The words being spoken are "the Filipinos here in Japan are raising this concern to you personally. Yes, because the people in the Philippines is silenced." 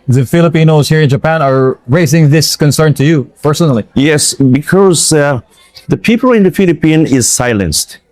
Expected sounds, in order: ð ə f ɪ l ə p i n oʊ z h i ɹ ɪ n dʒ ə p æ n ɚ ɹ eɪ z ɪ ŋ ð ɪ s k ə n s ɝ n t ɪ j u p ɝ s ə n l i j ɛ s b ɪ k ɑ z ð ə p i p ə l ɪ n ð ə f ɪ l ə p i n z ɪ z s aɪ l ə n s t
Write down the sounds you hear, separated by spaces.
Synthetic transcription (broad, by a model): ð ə f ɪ l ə p i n oʊ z h i ɹ ɪ n dʒ ə p æ n ɚ ɹ eɪ z ɪ ŋ ð ɪ s k ə n s ɝ n t ɪ j u p ɝ s ə n l i j ɛ s b ɪ k ɑ z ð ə p i p ə l ɪ n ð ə f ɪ l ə p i n ɪ z s aɪ l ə n s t